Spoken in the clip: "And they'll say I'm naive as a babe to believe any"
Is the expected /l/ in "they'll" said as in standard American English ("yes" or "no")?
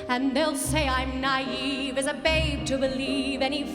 yes